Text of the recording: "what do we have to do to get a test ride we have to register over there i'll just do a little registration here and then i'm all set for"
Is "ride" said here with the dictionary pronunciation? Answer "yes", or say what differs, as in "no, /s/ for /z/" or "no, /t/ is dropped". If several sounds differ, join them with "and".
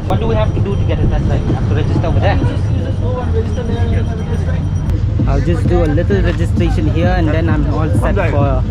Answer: no, /l/ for /ɹ/